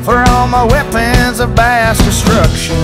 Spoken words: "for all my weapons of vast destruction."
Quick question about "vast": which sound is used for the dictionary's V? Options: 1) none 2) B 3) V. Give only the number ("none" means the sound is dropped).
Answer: 2